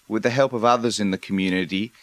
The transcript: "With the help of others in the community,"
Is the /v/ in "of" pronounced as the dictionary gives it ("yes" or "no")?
yes